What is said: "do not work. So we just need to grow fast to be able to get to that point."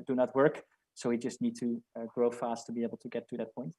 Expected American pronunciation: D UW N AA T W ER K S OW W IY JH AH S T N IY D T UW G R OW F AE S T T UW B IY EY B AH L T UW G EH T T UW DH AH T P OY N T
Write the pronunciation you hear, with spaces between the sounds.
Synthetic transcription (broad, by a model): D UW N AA T W ER K S OW W IY JH AH S T N IY D T UW G R OW F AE S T T UW B IY EY B L T UW G EH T T UW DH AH T P OY N T